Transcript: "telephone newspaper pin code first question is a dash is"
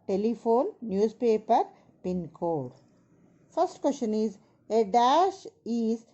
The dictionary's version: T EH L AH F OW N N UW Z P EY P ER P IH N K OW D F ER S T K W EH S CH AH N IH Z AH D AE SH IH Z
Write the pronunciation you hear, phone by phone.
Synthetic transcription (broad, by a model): T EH L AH F OW N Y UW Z P EY P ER P IH N K OW D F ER S T K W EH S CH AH N IH Z AH D AE SH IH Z